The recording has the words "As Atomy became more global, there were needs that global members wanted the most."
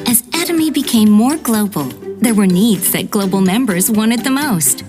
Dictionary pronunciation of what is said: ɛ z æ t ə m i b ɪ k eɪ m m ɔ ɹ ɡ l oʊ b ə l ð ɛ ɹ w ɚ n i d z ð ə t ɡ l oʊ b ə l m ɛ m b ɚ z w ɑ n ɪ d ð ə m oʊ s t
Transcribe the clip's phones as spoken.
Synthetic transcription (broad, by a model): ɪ z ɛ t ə m i b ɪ k eɪ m m ɔ ɹ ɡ l oʊ b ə l ð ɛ ɹ w ɚ n i d z ð ə t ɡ l oʊ b l m ɛ m b ɚ z w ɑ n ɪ d ð ə m oʊ s t